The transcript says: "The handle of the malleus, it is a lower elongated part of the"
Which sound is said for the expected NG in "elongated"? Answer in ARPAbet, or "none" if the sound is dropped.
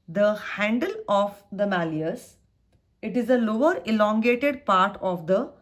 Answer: NG